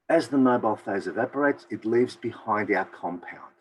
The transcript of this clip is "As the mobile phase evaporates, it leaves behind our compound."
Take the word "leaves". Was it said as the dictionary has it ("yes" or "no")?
yes